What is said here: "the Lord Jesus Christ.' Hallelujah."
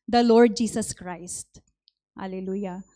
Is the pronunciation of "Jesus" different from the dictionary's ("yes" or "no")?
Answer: yes